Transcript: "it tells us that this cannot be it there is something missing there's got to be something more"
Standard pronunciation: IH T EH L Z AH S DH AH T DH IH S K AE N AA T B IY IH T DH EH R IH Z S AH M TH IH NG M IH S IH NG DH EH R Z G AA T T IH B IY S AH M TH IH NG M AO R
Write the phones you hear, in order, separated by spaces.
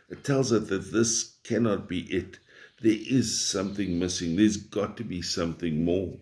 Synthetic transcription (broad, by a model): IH T EH L Z AH S DH AH T DH IH S K AE N AA T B IY IH T DH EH R IH Z S AH M TH IH NG M IH S IH NG DH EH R Z G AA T T IH B IY S AH M TH IH NG M AO R